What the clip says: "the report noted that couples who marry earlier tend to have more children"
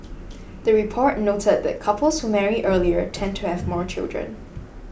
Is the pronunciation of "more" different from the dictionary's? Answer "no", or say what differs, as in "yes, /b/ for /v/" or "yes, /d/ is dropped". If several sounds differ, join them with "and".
no